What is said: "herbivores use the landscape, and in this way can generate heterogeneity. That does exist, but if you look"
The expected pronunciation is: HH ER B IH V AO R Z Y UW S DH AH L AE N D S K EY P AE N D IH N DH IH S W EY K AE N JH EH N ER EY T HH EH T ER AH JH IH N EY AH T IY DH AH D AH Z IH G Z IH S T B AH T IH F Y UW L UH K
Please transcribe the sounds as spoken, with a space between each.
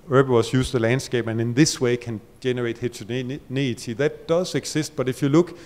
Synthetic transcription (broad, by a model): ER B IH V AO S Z Y UW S DH AH L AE N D S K EY B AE N IH N DH IH S W EY K AE N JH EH N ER EY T HH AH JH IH N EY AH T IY DH AH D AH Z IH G S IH S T B AH T IH F Y UW L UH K